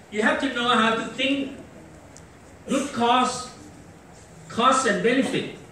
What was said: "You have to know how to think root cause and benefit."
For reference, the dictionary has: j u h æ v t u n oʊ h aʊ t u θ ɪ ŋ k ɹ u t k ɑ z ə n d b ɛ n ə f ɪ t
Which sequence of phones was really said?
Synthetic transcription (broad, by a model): j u h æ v t u n oʊ h aʊ t u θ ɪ ŋ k w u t k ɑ s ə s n b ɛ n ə f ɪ t